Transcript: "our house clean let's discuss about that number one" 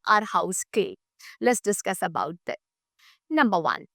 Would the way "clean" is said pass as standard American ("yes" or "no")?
no